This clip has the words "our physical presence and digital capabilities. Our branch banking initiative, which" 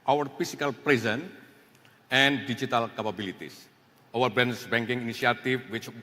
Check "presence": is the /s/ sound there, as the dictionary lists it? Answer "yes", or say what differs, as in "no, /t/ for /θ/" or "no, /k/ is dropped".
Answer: no, /s/ is dropped